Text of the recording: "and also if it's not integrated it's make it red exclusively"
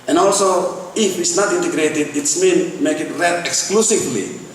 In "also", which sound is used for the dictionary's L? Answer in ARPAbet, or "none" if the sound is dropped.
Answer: L